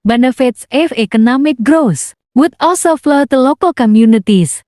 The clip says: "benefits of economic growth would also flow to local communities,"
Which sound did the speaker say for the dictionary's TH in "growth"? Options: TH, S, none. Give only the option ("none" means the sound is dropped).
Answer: S